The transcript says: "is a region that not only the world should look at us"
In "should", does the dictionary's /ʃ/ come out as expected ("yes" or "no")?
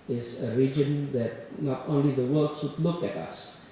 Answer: no